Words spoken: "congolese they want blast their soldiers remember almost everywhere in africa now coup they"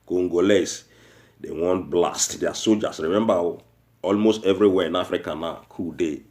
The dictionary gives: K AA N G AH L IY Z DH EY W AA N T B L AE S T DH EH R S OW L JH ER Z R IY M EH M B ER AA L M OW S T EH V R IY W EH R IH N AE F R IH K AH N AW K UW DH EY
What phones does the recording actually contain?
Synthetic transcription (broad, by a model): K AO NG G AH L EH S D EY W AA N T B L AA S T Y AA S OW JH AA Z R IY M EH M B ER AA L M OW S T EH V R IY W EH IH N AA F R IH K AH N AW K UW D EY